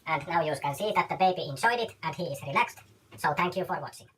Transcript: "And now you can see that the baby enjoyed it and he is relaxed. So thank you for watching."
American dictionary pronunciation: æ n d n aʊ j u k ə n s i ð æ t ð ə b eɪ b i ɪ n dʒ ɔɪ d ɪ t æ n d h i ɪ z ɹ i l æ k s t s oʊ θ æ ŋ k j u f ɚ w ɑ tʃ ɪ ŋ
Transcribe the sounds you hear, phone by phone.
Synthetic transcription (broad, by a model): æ n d n aʊ j u k ə n s i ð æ t ð ə b eɪ b i ɪ n dʒ ɔɪ d ɪ t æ n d h i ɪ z ɹ i l æ k s t s oʊ θ æ ŋ k j u f ɚ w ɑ tʃ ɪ ŋ